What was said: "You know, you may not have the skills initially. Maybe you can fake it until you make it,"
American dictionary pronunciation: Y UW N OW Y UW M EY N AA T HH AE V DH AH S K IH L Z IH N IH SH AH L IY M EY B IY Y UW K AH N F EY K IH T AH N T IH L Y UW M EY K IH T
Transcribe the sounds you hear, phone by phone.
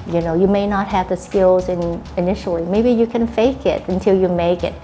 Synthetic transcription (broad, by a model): Y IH N OW Y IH M EY N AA T HH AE V DH AH S K IH L Z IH N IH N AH L IY M EY B IY Y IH K AH N F EY K IH T AH N T IH L Y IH M EY K IH T